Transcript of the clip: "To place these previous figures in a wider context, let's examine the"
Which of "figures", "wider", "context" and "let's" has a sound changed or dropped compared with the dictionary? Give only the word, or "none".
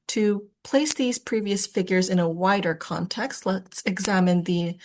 none